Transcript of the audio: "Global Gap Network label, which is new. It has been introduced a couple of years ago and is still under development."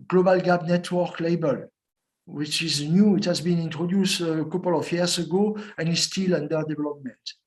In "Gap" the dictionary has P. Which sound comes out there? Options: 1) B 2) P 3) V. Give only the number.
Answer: 1